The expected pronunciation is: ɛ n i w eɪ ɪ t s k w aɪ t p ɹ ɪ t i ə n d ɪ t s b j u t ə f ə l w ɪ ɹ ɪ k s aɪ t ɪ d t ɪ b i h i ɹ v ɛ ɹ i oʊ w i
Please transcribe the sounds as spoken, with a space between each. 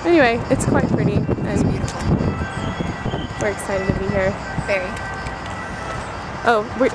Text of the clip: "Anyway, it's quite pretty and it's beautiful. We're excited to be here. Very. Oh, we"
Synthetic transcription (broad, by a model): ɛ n i w eɪ ɪ t s k w aɪ t p ɹ ɪ t i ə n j w ɪ ɹ ɪ k s aɪ t ɪ d t ɪ b i h i ɹ f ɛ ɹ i oʊ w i